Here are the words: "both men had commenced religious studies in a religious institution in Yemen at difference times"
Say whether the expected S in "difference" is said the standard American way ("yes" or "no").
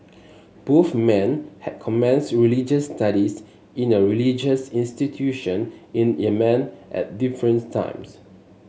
no